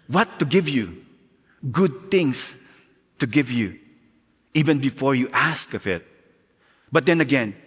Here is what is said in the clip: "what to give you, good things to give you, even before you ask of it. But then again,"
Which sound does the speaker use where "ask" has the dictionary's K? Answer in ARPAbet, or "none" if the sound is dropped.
K